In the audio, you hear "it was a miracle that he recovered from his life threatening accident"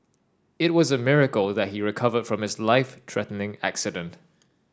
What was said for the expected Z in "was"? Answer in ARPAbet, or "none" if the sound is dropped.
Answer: Z